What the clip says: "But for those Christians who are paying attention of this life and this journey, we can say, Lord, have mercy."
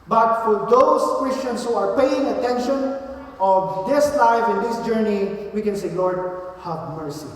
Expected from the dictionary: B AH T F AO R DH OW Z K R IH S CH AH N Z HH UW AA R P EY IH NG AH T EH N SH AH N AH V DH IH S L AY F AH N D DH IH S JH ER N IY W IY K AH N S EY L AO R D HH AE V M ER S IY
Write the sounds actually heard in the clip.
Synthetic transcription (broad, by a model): B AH T F AO R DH OW S K R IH S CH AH N S HH UW AA R P EY IH NG AH T EH N SH AH N AH V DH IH S L AY F AH N D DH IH S JH ER N IY W IY K AH N S EY L AO R D HH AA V M ER S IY